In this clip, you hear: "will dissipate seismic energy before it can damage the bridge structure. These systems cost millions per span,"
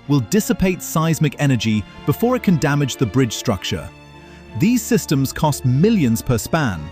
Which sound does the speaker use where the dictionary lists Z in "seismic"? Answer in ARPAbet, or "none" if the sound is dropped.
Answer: Z